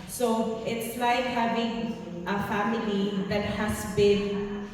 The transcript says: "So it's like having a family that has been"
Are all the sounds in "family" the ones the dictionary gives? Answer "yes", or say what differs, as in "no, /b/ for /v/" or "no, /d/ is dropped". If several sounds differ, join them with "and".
yes